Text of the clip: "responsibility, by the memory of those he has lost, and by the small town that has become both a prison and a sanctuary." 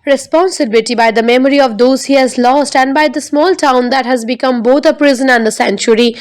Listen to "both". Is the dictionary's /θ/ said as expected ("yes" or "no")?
no